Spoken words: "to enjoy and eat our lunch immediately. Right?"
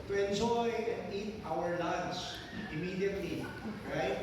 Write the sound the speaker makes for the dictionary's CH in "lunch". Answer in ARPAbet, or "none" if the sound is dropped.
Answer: S